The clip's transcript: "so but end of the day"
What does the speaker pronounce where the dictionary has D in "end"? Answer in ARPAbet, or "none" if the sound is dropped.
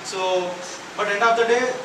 none